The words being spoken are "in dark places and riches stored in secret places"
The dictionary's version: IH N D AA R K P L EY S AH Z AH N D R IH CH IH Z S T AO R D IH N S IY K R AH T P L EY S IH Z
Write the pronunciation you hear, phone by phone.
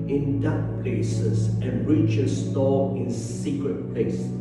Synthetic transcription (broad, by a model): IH N D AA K P L EY S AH S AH N R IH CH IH S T AO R IH N S IY K R AH T P L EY S